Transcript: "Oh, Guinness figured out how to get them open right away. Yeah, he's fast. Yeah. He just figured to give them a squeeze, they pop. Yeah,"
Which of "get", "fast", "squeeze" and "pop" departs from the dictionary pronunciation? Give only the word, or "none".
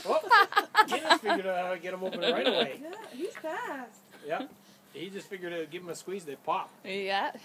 fast